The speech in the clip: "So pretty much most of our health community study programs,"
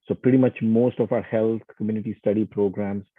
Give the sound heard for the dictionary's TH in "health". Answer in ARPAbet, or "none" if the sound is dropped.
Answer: T